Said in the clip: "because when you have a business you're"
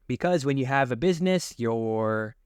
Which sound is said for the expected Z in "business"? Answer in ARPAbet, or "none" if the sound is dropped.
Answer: Z